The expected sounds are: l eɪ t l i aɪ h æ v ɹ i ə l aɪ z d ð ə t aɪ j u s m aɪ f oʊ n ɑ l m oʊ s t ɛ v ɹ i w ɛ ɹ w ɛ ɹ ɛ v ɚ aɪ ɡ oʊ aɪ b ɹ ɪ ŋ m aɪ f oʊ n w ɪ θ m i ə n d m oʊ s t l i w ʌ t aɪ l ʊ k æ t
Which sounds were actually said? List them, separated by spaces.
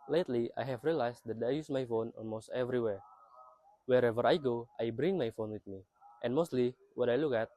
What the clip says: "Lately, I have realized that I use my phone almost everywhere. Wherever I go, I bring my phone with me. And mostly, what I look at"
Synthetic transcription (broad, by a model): l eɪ t l i aɪ h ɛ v ɹ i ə l aɪ s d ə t aɪ j u s m aɪ f oʊ n ɑ l m oʊ s t ɛ v ɹ i w ɛ ɹ w ɛ ɹ ɛ v ɚ aɪ ɡ oʊ aɪ b ɹ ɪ ŋ m aɪ f oʊ n w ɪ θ m i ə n m oʊ s t l i w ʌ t aɪ l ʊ k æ t